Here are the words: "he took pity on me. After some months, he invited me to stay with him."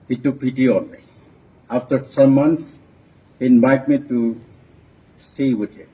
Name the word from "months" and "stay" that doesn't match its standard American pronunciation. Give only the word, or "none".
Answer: months